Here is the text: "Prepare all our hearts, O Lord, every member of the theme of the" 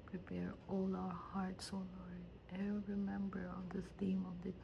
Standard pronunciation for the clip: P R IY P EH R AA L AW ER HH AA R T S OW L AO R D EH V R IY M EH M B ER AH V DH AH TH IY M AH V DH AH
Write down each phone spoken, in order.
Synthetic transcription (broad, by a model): P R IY P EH R AA L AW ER HH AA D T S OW N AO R EH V R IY M EH M B ER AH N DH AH T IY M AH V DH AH